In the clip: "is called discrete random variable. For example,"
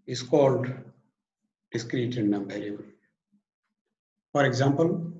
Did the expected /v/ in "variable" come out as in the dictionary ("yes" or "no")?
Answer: no